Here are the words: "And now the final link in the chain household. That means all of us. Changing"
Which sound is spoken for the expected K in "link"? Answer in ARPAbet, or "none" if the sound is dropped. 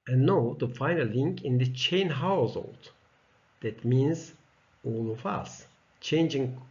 K